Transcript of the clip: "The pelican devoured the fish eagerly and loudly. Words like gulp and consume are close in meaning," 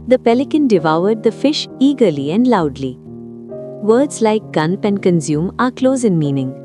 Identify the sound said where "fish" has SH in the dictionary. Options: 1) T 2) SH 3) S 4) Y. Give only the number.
2